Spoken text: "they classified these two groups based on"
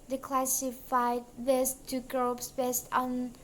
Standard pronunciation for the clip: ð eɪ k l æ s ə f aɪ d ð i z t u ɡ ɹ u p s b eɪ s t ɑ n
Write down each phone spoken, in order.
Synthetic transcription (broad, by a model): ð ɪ k l æ s ə f aɪ d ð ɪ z t u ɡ ɹ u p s b eɪ s t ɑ n